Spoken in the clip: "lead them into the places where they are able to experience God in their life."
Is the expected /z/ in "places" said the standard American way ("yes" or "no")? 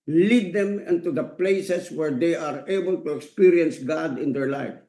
no